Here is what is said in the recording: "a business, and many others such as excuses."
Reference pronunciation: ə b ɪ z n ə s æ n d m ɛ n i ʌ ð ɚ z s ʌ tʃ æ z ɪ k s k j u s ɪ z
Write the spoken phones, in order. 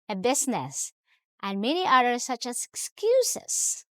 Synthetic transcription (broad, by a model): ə b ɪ s n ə s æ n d m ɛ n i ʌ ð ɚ s ʌ tʃ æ s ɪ k s k j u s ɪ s